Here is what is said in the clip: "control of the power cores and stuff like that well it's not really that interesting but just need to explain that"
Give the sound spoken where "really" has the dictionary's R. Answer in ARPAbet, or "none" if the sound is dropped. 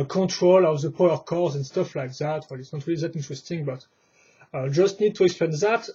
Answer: R